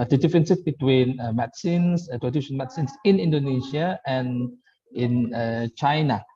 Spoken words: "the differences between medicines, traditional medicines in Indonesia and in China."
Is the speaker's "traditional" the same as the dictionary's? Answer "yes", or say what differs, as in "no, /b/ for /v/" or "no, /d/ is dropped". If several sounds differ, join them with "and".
no, /n/ is dropped and /n/ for /l/